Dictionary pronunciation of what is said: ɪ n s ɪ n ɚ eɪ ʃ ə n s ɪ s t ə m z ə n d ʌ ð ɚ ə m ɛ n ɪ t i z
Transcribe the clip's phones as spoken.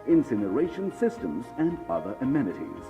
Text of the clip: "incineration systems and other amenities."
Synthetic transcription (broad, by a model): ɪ n s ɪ n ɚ eɪ ʃ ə n s ɪ s t ə m z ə n ʌ ð ɚ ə m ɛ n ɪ t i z